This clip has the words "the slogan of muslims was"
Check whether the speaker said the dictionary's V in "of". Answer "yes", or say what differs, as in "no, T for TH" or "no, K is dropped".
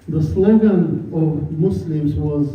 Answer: yes